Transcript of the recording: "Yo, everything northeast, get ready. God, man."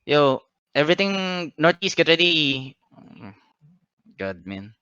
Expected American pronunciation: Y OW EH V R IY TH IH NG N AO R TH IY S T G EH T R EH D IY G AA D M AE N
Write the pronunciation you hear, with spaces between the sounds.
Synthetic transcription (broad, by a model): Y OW EH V R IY T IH NG N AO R T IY S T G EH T R EH D IY G AA D M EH N